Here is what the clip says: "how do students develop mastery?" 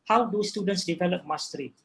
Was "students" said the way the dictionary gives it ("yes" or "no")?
yes